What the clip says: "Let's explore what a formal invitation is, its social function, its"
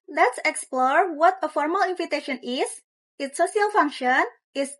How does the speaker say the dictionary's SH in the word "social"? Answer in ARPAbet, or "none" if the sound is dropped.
none